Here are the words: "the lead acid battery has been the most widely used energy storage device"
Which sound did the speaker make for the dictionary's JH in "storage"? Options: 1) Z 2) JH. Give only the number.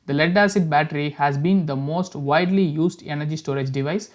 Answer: 2